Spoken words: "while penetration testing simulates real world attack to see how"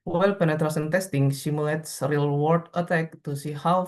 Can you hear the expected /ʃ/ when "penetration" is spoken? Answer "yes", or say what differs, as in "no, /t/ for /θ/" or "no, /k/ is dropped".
no, /s/ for /ʃ/